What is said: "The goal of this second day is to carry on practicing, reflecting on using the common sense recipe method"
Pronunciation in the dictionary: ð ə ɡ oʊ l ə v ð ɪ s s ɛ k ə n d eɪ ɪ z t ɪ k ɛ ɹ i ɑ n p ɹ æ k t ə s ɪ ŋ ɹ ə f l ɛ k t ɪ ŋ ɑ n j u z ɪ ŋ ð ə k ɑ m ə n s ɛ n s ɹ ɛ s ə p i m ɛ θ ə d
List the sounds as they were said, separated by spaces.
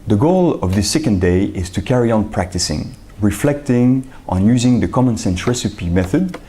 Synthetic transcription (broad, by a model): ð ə ɡ oʊ l ə v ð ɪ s s ɛ k ə n d eɪ ɪ z t ɪ k ɛ ɹ i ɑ n p ɹ æ k t ə s ɪ ŋ ɹ ə f l ɛ k t ɪ ŋ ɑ n j u z ɪ ŋ ð ə k ɑ m ə n s ɛ n s ɹ ɛ s ə p i m ɛ θ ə d